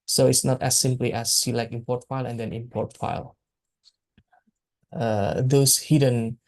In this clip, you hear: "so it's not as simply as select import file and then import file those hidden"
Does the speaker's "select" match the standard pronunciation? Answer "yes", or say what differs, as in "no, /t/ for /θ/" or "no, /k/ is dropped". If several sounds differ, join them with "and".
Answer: no, /t/ is dropped